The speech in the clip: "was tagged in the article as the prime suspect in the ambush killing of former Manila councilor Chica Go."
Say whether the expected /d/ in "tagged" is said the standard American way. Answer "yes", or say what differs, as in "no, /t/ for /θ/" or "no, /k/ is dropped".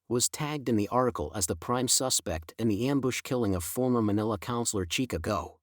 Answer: yes